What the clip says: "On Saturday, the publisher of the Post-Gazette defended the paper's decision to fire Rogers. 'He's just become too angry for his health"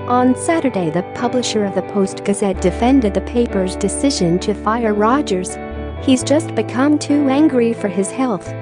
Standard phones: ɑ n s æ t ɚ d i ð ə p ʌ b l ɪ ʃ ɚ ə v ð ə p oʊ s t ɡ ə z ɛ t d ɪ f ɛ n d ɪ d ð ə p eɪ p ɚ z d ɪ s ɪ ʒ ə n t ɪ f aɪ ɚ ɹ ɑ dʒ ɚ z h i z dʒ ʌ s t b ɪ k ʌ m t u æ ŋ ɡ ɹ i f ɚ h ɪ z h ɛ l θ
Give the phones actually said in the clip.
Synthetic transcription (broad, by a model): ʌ n s æ t ɚ d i ð ə p ʌ b l ɪ ʃ ɚ ə v ð ə p oʊ s t ɡ ə z ɛ t d ɪ f ɛ n d ɪ d ð ə p eɪ p ɚ z d ɪ s ɪ ʒ ə n t ɪ f aɪ ɚ ɹ ɑ dʒ ɚ z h i z dʒ ʌ s t b ɪ k ʌ m t u æ ŋ ɡ ɹ i f ɚ ɪ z h ɛ l θ